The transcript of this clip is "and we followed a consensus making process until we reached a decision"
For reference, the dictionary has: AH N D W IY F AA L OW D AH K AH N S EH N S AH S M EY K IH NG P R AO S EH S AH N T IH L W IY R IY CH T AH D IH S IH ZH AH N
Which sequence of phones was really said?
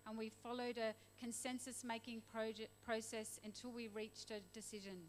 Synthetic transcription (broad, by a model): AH N W IY F AA L OW D AH K AH N S EH N S AH S M EY K IH NG P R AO S EH S AH N T IH L W IY R IY CH T AH D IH S IH ZH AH N